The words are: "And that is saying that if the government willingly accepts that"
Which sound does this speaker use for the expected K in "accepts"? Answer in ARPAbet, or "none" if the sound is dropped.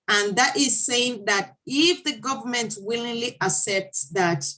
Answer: none